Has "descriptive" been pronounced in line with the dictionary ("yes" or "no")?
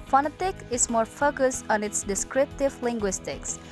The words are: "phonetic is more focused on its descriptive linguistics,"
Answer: yes